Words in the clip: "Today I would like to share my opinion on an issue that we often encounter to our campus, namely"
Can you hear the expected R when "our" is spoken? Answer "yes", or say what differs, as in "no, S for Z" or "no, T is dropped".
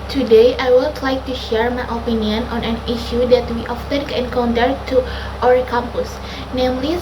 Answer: no, W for R